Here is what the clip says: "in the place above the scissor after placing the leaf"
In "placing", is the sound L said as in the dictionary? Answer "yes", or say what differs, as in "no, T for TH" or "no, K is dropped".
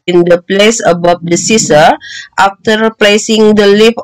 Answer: yes